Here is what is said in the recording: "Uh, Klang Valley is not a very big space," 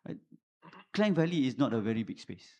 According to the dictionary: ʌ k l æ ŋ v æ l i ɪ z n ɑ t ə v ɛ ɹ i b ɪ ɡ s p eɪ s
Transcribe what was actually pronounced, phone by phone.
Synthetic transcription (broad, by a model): k l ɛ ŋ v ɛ l i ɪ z n ɑ t ə v ɛ ɹ i b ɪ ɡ s p eɪ s